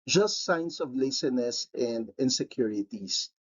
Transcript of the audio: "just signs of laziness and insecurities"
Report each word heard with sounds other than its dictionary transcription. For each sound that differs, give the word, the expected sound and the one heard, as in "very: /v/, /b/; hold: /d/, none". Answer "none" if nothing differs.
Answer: signs: /z/, /s/; laziness: /z/, /s/